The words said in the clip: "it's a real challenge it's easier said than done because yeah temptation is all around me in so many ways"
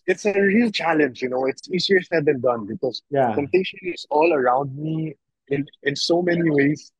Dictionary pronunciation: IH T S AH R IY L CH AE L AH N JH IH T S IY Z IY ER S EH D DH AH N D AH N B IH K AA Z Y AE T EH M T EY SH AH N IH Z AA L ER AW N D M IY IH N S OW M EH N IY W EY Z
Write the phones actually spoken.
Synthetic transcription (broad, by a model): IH T S AH R IY L CH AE L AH N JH IH T S IY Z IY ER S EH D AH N D AH N B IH K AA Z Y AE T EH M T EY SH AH N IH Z AA L ER AW N D M IY IH N S OW M EH N IY W EY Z